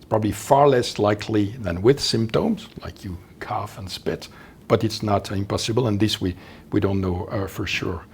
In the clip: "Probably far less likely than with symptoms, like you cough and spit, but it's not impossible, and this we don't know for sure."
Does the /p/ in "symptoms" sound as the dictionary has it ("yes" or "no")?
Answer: yes